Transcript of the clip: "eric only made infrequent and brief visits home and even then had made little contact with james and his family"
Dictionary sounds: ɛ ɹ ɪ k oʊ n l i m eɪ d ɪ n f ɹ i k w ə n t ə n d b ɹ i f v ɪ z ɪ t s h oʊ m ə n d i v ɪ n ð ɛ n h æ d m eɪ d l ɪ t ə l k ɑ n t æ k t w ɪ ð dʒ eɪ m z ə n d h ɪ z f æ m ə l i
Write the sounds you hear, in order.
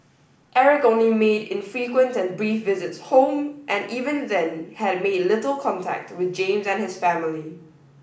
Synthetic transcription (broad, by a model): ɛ ɹ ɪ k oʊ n i m eɪ d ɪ n f ɹ i k w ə n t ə n b ɹ i f v ɪ z ɪ t s h oʊ m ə n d i v ɪ n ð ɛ n h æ d m eɪ d l ɪ t ə l k ɑ n t æ k t w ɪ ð dʒ eɪ m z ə n h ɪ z f æ m ə l i